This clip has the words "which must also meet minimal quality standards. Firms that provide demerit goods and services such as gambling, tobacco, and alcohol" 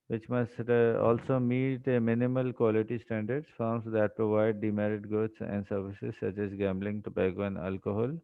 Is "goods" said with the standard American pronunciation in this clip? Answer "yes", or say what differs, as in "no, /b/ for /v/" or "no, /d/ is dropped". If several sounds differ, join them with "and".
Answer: no, /s/ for /z/